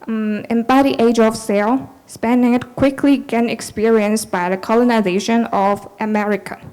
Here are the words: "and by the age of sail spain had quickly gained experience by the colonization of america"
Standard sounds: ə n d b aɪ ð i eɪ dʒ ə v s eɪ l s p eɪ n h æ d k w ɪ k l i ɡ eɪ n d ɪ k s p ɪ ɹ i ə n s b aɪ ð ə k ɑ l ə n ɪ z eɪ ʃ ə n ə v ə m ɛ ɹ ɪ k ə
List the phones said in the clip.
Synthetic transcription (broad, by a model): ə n b aɪ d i eɪ dʒ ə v s eɪ l s p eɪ n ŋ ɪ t k w ɪ k l i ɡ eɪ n ɪ k s p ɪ ɹ i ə n s b aɪ ð ə k ɑ l ə n ɪ z eɪ ʃ ə n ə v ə m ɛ ɹ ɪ k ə